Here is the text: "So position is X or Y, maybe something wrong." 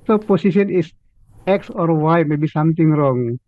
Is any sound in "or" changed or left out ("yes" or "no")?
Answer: no